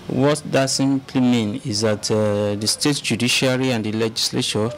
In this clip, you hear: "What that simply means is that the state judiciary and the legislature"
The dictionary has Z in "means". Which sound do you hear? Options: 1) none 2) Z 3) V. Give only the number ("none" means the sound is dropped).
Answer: 1